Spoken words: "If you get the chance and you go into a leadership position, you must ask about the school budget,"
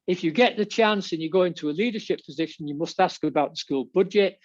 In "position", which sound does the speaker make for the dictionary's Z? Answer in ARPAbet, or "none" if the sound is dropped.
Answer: Z